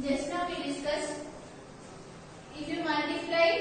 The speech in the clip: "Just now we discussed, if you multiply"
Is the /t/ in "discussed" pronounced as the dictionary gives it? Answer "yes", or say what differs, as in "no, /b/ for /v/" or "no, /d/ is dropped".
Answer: no, /t/ is dropped